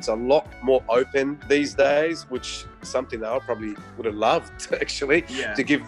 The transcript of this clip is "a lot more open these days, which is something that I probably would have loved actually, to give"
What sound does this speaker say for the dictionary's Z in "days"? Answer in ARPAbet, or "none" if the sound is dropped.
Z